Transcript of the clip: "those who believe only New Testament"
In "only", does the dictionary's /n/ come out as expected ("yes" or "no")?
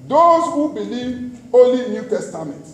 no